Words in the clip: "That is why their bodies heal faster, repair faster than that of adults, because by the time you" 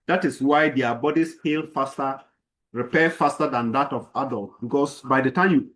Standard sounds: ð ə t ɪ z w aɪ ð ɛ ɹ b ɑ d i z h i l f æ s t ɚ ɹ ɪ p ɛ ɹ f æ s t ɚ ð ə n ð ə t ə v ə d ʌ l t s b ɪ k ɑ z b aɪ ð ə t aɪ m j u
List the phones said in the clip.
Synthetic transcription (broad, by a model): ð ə t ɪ s w aɪ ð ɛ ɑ b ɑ d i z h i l f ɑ s t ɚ ɹ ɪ p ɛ f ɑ s t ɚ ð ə n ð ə t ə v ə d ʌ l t b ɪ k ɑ s b aɪ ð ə t aɪ m j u